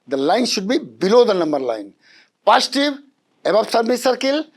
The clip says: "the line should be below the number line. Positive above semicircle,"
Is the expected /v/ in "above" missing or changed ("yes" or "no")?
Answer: yes